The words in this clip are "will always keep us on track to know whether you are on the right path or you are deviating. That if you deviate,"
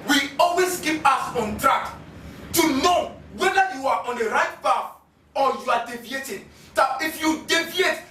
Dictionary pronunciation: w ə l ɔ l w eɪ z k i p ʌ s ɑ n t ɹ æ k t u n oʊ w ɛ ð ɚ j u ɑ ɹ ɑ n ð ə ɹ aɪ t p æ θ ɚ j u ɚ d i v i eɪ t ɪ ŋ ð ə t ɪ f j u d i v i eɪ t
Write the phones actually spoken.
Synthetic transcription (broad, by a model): w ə ɔ l w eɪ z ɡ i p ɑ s ɑ n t ɹ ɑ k t u n oʊ w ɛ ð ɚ j u ɑ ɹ ɑ n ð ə ɹ aɪ t b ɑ f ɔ j u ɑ d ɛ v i eɪ t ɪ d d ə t ɪ f j u d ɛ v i eɪ t